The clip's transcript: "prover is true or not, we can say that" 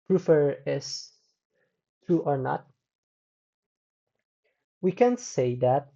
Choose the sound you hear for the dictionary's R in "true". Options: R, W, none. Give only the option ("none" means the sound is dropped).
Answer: none